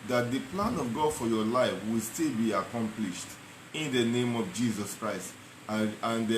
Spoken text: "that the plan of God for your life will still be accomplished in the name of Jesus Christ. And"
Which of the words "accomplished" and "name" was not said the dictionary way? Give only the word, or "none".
none